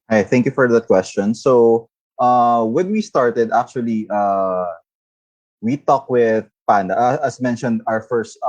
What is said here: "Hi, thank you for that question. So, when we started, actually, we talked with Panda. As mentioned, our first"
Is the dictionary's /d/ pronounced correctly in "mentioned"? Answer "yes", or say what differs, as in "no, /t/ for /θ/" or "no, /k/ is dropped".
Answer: yes